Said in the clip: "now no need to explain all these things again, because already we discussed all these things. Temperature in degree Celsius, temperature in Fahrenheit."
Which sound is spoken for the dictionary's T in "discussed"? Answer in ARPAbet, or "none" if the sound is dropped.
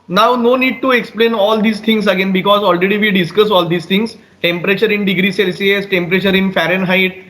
none